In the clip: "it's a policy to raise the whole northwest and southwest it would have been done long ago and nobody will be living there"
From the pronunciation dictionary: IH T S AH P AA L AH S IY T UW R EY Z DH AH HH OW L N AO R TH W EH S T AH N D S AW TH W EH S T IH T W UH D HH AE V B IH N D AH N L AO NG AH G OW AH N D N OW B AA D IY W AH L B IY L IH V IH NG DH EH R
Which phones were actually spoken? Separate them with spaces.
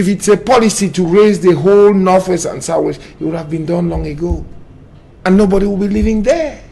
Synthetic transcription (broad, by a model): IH T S AH P AA L AH S IY T UW R EY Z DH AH HH OW L N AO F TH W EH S AH N S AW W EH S IH T W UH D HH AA V B IH N D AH N L AO NG AH G OW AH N N OW B AA D IY W AH L B IY L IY V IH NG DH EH